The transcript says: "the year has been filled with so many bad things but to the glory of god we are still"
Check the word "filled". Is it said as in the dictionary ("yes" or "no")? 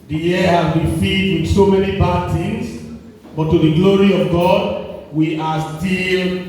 no